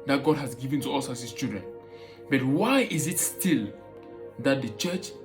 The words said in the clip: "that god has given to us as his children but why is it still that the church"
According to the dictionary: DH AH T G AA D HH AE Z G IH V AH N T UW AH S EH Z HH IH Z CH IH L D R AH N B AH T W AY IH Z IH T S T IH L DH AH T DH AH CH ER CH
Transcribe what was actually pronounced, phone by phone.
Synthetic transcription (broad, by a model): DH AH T G AA D HH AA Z G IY V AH N T UW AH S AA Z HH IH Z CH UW D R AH N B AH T W AY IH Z IH T S T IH L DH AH T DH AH CH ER CH